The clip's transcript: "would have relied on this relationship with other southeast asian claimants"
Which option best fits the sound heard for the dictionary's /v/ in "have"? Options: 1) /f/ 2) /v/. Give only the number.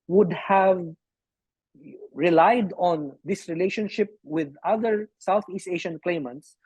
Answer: 2